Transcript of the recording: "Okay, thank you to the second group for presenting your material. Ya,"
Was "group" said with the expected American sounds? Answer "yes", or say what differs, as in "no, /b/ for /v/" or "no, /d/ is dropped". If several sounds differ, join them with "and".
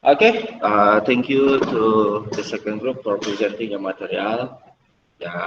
yes